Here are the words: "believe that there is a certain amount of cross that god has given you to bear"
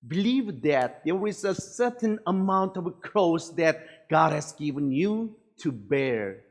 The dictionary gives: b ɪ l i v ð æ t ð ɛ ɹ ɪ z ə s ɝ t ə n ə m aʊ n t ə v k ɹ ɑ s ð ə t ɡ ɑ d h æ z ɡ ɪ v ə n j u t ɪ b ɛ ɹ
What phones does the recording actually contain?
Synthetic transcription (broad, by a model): b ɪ l i v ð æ t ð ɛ w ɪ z ə s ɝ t n ə m aʊ n t ə v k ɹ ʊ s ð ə t ɡ ɑ d h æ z ɡ ɪ v ə n j u t ɪ b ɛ ɹ